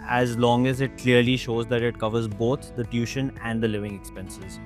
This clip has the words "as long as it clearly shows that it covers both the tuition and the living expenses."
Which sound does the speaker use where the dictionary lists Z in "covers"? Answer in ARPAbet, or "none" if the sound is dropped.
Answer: Z